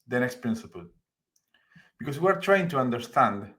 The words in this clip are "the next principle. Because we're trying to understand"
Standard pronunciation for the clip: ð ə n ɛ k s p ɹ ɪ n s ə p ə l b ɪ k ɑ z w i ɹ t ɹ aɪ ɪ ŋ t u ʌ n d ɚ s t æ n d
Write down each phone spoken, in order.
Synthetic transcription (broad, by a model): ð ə n ɛ k s p ɹ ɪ n s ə p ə l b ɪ k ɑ s w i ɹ t ɹ aɪ ɪ ŋ t u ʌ n d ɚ s t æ n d